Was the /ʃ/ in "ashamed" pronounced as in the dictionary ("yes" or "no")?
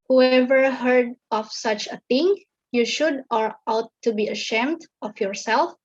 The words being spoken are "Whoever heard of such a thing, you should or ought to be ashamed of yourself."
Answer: yes